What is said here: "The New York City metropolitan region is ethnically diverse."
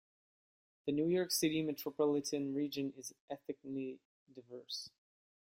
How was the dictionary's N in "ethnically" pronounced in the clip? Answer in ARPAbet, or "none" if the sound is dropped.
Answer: none